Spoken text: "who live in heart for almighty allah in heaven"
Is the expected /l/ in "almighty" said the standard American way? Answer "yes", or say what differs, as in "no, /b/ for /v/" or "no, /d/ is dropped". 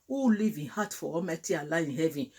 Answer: no, /l/ is dropped